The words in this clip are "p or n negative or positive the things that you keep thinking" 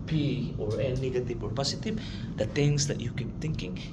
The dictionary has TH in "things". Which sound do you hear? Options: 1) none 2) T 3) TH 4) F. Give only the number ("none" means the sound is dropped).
2